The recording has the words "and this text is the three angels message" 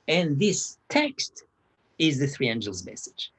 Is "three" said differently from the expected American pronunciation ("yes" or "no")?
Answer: no